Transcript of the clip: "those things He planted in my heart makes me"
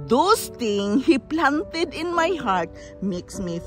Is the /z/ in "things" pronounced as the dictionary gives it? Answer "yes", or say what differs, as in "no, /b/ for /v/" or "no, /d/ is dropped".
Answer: no, /z/ is dropped